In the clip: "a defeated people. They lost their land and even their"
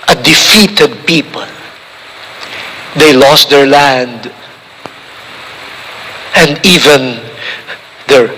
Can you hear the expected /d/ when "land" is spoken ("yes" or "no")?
yes